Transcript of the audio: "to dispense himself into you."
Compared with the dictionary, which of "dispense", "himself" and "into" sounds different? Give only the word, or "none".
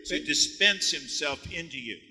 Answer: none